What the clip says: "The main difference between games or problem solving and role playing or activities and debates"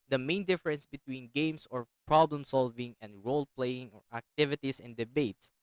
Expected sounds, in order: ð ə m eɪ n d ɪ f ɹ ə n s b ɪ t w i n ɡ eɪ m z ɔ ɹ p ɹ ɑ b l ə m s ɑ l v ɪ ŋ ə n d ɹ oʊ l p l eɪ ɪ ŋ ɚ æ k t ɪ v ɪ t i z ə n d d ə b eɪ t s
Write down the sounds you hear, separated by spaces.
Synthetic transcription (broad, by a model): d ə m eɪ n d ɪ f ɹ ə n s b ɪ t w i n ɡ eɪ m s ɔ ɹ p ɹ ɑ b l ə m s ɑ l v ɪ ŋ ə n d ɹ oʊ l p l eɪ ɪ ŋ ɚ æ k t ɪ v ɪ t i s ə n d d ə b eɪ t s